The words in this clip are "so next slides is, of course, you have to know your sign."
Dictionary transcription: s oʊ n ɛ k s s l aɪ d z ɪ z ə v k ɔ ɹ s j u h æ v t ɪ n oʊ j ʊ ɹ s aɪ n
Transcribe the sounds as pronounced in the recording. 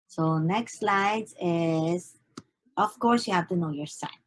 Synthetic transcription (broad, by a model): s oʊ n ɛ k s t l aɪ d ɪ z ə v k ɔ ɹ s j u h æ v t ɪ n oʊ j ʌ ɹ s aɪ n